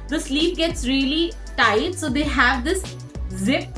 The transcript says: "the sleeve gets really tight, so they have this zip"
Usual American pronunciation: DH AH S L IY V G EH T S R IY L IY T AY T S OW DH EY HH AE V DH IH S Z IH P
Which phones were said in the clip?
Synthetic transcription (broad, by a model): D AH S L IY P G EH T S R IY L IY T AY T S OW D EY HH AE V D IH S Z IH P